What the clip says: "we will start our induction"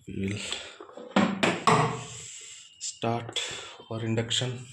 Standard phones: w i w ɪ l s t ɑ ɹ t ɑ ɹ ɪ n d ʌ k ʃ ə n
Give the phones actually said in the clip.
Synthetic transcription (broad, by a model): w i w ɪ l s t ɑ ɹ t ɑ ɹ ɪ n d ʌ k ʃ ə n